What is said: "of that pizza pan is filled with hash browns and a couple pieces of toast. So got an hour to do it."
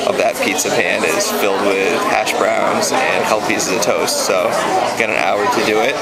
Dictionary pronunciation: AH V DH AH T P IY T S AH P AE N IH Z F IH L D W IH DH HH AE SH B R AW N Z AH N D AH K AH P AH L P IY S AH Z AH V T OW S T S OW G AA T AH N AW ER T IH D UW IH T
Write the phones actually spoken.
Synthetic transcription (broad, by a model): AH V DH AH T P IY T S AH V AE N IH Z F IH L D W IH DH HH AE SH B R AW N Z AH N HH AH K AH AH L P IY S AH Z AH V T OW S T S OW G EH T AH N AW ER T IH D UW IH T